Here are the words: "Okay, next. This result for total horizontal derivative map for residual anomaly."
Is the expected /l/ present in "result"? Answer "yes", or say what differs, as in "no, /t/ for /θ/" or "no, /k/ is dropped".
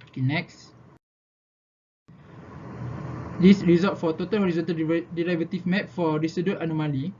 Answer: no, /l/ is dropped